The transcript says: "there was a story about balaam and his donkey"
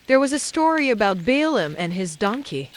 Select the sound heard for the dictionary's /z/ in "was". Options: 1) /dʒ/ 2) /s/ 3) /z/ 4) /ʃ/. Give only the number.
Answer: 3